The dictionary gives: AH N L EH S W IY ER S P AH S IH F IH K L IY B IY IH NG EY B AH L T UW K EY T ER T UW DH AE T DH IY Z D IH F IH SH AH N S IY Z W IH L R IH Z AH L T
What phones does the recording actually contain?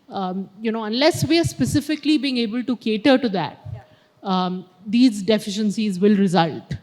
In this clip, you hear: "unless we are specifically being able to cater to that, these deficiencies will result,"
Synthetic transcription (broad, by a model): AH N L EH S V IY ER S P AH S IH F IH K L IY B IY IH NG EY B AH L T UW K EY T ER T UW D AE T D IY Z D IH F IH SH AH N S IY Z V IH L R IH Z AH L T